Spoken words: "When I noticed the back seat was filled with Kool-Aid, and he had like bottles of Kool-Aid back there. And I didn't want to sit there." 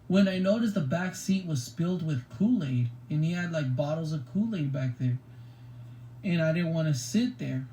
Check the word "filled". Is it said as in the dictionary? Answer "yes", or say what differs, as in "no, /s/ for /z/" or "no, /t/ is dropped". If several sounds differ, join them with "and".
no, /p/ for /f/